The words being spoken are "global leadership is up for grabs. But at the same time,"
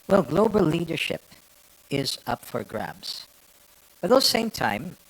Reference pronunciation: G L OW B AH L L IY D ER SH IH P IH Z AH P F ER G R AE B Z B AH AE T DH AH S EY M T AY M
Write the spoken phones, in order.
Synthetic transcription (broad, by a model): G L OW B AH L L IY D ER SH IH P IH Z AH P F ER G R AE B Z B AH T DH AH S EY M T AY M